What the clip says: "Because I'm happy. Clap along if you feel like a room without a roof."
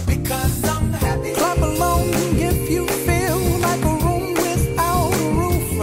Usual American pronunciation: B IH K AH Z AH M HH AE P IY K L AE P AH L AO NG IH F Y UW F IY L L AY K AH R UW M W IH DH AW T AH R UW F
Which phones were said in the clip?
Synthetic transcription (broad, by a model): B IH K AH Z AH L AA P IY L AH UH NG IH F Y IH F IY L L AY K AH R UW M W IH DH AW AH R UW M